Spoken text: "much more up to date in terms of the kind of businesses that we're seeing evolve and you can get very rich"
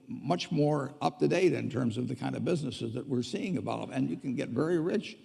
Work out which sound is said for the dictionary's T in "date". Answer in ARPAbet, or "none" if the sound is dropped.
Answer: T